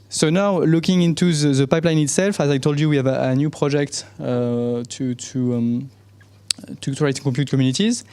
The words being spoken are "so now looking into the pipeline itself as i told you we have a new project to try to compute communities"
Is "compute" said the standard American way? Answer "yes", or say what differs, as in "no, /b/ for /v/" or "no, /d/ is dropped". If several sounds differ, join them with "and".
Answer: no, /m/ is dropped